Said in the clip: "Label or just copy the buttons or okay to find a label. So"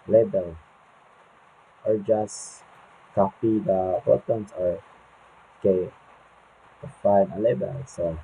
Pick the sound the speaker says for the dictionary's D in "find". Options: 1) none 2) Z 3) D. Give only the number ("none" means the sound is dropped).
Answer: 1